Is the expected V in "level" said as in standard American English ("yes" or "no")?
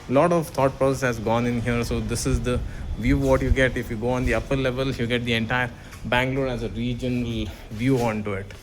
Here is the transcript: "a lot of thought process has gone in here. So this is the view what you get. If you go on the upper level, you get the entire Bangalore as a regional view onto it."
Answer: yes